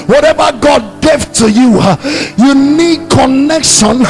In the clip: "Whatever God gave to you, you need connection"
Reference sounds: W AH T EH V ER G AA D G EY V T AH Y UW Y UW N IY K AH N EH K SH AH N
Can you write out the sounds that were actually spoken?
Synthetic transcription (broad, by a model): W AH T EH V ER G AA D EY F T AH Y UW Y UW N IY K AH N EH K SH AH N